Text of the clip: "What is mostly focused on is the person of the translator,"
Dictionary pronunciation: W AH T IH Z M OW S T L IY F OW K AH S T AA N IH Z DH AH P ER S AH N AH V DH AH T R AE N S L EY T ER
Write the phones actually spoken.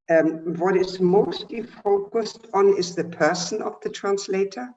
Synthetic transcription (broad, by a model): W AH T IH Z M OW S T L IY F OW K AH S T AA N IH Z DH AH P ER S AH N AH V DH AH T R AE N S L EY T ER